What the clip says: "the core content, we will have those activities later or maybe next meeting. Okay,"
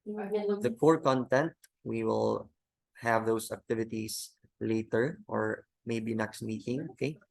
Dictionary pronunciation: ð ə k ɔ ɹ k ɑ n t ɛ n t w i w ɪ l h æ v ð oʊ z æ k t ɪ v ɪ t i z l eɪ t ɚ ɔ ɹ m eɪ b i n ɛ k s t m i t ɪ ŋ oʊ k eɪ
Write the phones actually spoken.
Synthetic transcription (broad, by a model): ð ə k ɔ ɹ k ɑ n t ɛ n t w i w ɪ l h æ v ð oʊ s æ k t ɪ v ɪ t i s l eɪ t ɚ ɔ ɹ m eɪ b i n ɛ k s t m i t ɪ ŋ oʊ k eɪ